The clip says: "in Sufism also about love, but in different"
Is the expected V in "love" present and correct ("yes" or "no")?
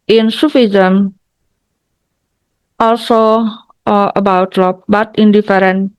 no